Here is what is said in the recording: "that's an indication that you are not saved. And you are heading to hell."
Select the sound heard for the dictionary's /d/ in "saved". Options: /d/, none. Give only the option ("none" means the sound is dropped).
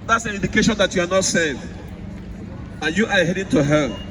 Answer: none